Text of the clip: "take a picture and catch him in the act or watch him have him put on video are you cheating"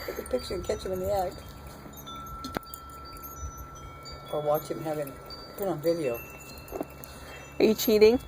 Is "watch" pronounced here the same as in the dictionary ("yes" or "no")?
yes